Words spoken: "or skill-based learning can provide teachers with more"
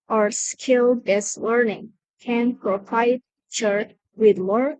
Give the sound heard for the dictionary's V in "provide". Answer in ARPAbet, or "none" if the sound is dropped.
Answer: P